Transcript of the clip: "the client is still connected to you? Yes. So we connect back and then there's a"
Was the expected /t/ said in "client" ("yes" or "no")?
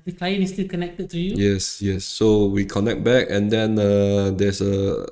no